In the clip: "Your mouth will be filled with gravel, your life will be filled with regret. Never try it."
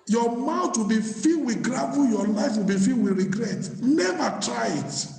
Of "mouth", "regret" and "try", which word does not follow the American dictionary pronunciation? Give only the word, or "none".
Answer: mouth